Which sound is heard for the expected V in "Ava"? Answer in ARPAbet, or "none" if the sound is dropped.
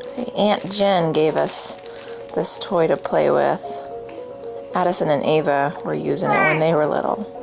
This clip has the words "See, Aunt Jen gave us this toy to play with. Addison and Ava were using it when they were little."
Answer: V